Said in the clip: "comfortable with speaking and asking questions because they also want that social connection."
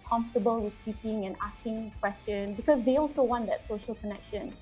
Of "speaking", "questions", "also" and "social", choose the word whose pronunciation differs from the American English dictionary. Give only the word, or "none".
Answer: questions